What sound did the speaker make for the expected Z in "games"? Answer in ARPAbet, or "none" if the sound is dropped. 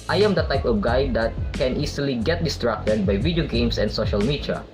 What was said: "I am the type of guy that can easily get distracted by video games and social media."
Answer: S